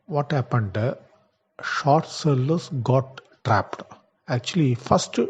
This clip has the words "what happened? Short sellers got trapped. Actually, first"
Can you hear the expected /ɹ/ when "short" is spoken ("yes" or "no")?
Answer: yes